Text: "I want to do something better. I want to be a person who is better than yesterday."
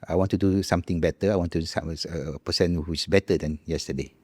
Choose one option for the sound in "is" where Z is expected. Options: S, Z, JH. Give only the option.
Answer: S